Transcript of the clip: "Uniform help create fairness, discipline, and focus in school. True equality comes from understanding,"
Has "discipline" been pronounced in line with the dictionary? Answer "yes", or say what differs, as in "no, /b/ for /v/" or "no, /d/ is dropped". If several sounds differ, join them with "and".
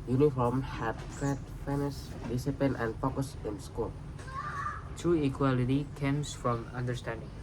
no, /l/ is dropped